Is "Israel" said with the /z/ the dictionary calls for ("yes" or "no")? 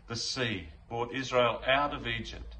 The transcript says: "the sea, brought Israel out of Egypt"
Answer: yes